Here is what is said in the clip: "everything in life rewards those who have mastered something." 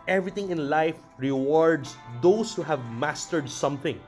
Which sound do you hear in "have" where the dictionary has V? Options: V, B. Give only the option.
V